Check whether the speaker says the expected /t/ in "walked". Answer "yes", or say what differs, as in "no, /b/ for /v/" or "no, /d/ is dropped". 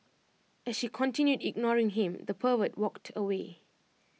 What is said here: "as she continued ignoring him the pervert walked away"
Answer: yes